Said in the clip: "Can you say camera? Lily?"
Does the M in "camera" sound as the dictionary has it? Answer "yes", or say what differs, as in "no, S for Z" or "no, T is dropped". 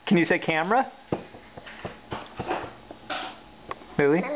yes